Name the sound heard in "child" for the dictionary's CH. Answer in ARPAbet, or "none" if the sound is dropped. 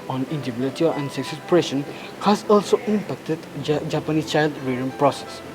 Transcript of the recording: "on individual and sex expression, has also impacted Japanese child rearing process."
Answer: CH